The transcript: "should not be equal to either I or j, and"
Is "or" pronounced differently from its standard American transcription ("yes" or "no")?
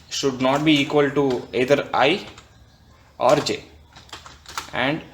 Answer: no